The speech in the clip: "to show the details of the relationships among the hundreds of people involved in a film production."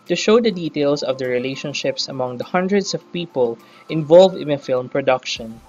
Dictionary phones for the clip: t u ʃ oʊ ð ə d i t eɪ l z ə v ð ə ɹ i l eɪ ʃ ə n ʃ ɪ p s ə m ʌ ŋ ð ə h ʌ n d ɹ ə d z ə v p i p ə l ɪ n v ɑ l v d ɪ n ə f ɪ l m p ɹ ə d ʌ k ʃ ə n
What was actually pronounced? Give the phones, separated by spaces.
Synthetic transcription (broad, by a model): t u ʃ oʊ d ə d i t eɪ l s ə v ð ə ɹ i l eɪ ʃ ə n ʃ ɪ p s ə m ʌ ŋ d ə h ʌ n d ɹ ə d s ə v p i p ə l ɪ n v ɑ l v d ɪ n ə f ɪ l m p ɹ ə d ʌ k ʃ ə n